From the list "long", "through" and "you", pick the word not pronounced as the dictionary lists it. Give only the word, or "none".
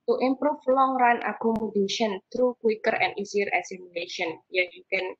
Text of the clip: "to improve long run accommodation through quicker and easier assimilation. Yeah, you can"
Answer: through